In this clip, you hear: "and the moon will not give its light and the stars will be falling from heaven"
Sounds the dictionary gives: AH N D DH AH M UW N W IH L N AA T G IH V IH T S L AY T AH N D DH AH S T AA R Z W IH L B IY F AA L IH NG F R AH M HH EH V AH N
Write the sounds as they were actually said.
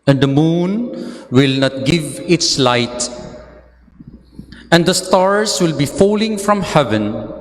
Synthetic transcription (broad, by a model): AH N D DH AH M UW N W IH L N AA T G IH V IH T S L AY T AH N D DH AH S T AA R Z W IH L B IY F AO L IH NG F R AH M HH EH V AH N